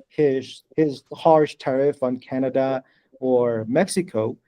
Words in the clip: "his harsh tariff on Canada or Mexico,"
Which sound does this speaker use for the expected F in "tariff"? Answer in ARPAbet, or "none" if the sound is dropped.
F